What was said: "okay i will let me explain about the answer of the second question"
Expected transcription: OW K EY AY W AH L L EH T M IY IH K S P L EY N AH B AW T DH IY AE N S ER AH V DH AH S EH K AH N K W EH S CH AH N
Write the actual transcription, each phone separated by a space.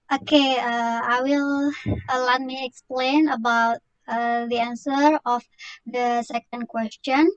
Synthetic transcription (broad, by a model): OW K EY AY W AH L L EH T M IY IH K S P L EY N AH B AW T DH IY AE N S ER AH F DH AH S EH K AH N K W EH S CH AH N